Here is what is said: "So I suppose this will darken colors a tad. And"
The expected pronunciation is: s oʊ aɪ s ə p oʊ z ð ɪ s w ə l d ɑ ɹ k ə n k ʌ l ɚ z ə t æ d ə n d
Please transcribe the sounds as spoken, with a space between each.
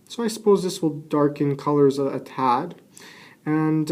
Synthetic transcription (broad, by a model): s oʊ aɪ s ə p oʊ z ð ɪ s w ə l d ɑ ɹ k ə n k ʌ l ɚ z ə t æ d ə n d